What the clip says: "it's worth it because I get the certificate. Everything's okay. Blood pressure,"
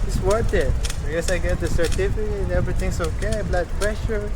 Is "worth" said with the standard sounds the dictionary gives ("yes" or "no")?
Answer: no